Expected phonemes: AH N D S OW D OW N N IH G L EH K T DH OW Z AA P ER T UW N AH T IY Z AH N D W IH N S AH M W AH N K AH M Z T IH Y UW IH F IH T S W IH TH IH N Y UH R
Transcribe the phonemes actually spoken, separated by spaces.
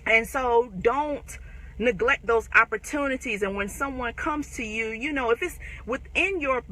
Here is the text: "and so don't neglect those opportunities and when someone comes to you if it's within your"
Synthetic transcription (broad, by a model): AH N S OW D OW N N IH G L EH K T DH OW Z AA P ER T UW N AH T IY Z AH N W IH N S AH M W AH N K AH M Z T IH Y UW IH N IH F S W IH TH IH N Y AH R